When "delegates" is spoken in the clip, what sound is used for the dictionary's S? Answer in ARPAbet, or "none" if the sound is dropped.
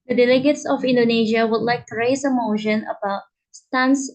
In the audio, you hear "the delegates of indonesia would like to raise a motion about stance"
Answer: S